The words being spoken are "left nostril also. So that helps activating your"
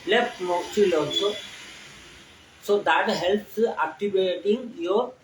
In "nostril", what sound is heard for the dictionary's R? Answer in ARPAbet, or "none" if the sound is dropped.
none